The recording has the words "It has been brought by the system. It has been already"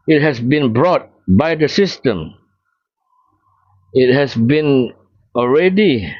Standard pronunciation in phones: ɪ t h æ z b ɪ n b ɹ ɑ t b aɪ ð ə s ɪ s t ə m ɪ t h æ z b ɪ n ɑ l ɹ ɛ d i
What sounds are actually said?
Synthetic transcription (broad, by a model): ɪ t h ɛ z b ɪ n b ɹ ɑ t b aɪ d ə s ɪ s t ə m ɪ t h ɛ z b ɪ n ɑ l ɹ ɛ d i